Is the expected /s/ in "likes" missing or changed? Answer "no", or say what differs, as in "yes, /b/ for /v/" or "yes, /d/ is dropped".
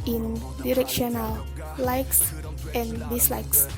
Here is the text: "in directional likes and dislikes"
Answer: no